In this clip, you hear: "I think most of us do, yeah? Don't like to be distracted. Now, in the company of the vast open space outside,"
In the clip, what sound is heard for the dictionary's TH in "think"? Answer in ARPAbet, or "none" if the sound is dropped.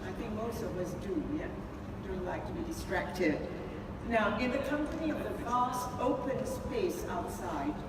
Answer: TH